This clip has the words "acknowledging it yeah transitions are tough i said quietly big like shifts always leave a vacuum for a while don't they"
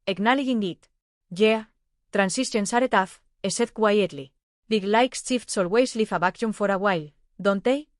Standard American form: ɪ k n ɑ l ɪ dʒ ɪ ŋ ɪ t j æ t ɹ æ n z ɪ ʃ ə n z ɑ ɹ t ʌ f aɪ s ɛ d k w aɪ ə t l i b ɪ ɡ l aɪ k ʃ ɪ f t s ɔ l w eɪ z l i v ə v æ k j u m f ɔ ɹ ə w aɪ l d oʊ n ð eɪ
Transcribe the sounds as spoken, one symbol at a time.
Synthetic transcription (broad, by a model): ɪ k n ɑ l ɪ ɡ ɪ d ɪ t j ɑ t ɹ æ n s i s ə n s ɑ ɹ t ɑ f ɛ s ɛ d k w aɪ ə t l i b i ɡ l aɪ k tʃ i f t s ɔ l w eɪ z l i f ə b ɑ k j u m f ɔ ɹ ə w aɪ l d oʊ n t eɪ